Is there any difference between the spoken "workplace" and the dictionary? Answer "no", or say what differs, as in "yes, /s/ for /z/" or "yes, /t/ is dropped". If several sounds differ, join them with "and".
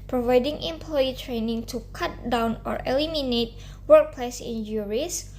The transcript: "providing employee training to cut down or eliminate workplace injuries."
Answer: no